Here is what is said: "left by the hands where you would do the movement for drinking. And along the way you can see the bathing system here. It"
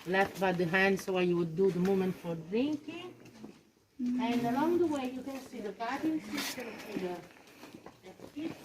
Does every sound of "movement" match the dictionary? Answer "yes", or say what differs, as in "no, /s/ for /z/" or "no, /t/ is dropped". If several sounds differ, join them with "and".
no, /v/ is dropped